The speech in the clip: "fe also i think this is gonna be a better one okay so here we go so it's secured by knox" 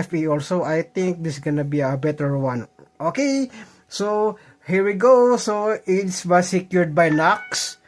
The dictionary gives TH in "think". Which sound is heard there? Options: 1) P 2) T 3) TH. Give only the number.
2